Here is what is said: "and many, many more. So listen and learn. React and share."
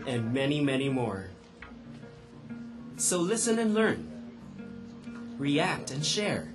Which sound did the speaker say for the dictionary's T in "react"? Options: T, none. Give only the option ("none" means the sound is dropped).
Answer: T